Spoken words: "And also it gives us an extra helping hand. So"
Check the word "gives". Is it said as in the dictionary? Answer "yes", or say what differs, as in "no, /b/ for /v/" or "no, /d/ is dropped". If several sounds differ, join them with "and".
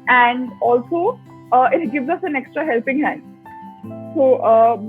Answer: yes